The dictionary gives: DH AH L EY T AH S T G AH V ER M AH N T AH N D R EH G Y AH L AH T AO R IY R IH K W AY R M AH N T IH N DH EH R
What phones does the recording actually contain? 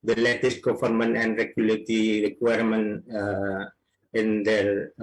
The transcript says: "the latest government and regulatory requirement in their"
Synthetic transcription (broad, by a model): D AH L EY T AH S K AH F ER M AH N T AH N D R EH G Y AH L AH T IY R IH K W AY R M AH N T IH N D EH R